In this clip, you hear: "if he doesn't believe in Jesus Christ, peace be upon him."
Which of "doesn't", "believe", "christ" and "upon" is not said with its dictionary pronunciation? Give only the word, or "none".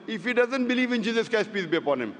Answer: christ